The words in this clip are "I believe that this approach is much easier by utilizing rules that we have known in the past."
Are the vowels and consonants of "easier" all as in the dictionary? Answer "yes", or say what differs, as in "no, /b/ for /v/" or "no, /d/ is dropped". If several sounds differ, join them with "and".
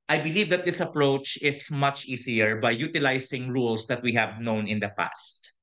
no, /s/ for /z/